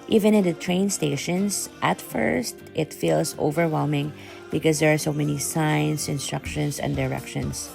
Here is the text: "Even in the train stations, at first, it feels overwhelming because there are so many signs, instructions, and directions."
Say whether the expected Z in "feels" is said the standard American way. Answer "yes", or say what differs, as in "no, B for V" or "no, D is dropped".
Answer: no, S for Z